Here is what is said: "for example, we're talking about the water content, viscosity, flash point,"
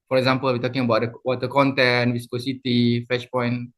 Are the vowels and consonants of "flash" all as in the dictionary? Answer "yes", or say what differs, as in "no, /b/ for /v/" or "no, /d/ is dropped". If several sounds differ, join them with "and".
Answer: no, /l/ is dropped